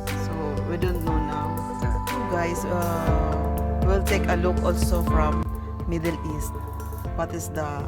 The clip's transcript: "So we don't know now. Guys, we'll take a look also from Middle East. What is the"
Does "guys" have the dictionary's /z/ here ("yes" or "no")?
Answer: no